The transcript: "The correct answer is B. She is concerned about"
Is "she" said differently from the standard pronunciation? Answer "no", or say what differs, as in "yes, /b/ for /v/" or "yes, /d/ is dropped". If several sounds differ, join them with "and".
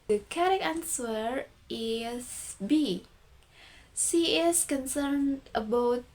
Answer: yes, /s/ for /ʃ/